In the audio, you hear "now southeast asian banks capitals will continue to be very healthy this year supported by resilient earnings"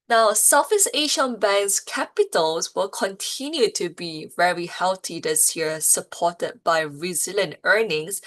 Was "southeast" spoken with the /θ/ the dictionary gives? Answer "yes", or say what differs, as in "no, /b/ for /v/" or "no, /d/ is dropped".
no, /f/ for /θ/